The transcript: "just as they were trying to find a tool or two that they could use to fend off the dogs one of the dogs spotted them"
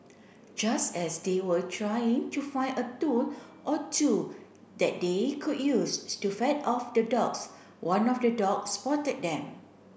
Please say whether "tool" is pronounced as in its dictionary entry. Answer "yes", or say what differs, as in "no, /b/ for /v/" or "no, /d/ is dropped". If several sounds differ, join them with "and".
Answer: no, /n/ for /l/